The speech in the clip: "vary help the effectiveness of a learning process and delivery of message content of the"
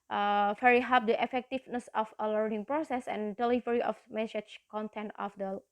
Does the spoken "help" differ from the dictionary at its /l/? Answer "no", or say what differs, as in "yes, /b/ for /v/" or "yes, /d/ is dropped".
yes, /l/ is dropped